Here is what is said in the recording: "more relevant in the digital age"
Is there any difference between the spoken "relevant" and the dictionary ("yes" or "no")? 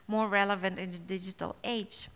no